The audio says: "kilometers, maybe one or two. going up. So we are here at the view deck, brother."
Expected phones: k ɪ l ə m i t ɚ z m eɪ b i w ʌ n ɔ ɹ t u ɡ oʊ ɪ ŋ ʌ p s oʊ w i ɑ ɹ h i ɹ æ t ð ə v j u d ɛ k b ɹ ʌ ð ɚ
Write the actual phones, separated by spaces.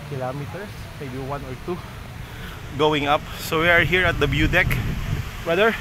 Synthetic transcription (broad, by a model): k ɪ l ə m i t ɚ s m eɪ b i w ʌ n ɔ ɹ t u ɡ oʊ ɪ ŋ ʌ p s oʊ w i ɑ ɹ h i ɹ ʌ t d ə b j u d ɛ k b ɹ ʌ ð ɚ